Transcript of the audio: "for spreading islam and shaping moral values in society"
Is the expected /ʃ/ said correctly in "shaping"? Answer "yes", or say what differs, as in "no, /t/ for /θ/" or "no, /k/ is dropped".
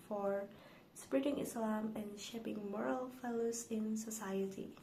yes